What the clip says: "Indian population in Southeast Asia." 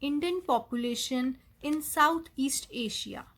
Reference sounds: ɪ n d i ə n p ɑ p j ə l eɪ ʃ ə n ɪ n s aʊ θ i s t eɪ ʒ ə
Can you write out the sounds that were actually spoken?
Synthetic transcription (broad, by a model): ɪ n d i ə n p ɑ p j ə l eɪ ʃ ə n ɪ n s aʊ t i s t eɪ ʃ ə